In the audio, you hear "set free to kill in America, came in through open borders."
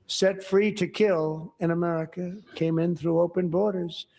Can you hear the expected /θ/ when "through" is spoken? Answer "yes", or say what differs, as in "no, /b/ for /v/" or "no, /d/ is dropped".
yes